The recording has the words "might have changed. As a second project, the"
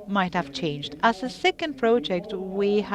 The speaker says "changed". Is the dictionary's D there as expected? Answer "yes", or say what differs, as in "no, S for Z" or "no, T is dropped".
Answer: yes